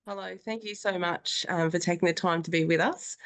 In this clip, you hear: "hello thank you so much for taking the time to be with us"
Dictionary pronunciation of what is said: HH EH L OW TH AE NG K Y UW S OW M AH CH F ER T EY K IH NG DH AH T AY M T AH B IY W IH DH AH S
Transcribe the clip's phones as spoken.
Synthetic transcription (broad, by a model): HH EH L OW TH AE NG K Y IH S OW M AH CH F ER T EY K IH NG DH AH T AY M T AH B IY W IH DH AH S